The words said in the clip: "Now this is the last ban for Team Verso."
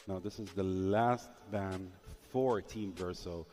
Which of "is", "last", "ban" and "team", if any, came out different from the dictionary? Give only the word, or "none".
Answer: none